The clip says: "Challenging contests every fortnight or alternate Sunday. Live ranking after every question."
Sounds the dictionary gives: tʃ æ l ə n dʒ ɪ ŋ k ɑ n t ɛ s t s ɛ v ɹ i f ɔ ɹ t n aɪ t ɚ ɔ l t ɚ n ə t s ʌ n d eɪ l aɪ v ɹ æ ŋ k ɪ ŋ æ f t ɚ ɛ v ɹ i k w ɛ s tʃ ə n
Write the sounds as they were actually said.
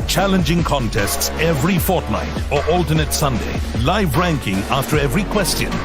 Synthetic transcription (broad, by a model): tʃ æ l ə n dʒ ɪ ŋ k ɑ n t ɛ s t s ɛ v ɹ i f ɔ ɹ t n aɪ t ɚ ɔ l t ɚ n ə t s ʌ n d eɪ l aɪ v ɹ æ ŋ k ɪ ŋ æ f t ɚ ɛ v ɹ i k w ɛ s tʃ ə n